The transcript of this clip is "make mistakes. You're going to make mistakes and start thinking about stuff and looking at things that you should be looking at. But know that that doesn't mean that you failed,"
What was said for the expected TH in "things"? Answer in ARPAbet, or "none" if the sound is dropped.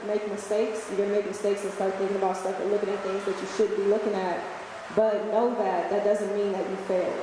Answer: TH